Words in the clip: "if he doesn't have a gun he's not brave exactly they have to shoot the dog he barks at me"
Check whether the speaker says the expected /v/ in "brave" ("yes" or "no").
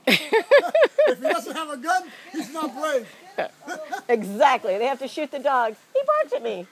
no